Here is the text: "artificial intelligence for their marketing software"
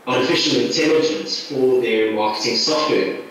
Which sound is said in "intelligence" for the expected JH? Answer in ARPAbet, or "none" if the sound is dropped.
JH